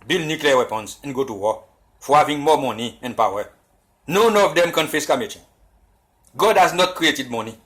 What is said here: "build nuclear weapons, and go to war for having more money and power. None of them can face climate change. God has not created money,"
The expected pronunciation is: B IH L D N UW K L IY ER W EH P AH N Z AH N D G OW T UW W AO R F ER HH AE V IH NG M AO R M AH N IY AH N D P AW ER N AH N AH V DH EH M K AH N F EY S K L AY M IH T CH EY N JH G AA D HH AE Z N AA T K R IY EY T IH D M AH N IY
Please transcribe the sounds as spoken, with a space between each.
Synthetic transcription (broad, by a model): B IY L N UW K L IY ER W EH P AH N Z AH N G OW T UW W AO F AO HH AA V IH NG M AO M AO N IY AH N P AW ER N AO N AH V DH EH M K AH N F EY S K AY M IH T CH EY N G AA D HH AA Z N AA T K R IY EY T IH D M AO N IY